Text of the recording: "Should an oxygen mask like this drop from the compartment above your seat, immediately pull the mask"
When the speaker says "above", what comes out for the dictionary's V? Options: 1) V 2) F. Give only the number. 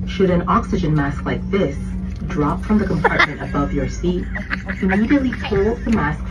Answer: 1